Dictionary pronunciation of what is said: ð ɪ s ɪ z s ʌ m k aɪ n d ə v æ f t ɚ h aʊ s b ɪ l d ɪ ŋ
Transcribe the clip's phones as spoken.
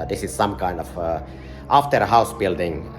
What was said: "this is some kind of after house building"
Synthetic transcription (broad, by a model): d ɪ s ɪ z s ʌ m k aɪ n d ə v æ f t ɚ h aʊ s b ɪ l d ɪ ŋ